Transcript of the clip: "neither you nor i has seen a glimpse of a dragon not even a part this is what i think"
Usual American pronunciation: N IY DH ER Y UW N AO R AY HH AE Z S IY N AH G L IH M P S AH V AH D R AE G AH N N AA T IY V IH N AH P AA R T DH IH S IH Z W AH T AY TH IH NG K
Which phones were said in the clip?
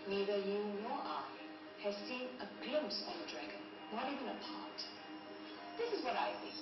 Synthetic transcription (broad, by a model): N IY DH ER Y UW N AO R AY HH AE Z S IY N AH G L IH M P S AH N AH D R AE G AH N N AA T IY V IH N AH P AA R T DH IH S IH Z W AH T AY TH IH